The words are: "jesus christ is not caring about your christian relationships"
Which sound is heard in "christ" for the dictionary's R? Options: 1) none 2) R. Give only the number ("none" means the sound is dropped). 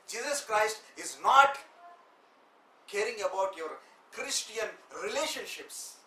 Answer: 2